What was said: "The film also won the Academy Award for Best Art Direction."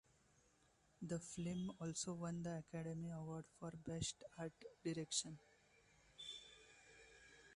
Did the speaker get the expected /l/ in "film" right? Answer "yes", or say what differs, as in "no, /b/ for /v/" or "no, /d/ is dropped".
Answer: no, /l/ is dropped